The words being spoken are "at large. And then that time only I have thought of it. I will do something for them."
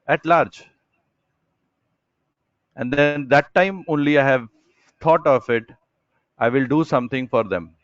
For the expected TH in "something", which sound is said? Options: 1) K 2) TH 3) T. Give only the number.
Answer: 3